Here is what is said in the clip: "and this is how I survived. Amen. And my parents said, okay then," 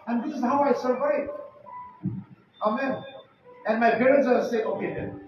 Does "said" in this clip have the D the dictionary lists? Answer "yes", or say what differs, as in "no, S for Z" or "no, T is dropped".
no, D is dropped